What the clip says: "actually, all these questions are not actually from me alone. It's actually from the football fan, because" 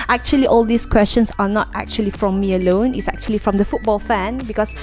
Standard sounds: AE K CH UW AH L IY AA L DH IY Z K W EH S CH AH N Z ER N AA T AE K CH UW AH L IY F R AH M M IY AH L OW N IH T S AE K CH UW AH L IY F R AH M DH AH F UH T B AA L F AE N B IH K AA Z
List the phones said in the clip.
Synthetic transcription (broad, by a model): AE K CH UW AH L IY AA L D IY S K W EH S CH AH N S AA N AA T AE K CH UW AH L IY F R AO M M IY AH L OW N IH T S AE K CH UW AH L IY F R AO M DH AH F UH T B AA L F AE N B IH K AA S